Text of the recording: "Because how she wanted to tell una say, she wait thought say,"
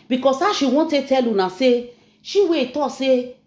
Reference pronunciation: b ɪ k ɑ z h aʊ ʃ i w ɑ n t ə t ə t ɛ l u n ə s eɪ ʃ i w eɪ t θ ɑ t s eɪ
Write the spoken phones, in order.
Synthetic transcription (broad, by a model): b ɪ k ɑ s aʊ ʃ i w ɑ t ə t t ɛ l u n ə s eɪ ʃ i w eɪ t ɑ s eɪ